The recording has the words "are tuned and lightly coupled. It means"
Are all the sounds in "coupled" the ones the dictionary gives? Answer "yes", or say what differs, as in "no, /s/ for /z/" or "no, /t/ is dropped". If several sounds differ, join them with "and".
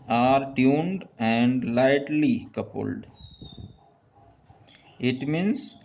yes